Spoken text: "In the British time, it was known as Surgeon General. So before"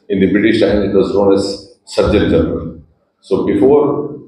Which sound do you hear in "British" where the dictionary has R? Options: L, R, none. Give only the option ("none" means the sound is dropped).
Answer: R